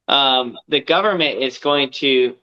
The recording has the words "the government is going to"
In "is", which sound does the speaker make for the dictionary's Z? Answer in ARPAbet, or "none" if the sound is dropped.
Z